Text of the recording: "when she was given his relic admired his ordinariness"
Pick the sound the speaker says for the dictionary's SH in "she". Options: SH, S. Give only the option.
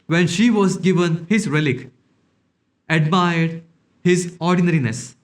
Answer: SH